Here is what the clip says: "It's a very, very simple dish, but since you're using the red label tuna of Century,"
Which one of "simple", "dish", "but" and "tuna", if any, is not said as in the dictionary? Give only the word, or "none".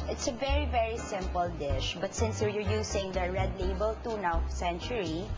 none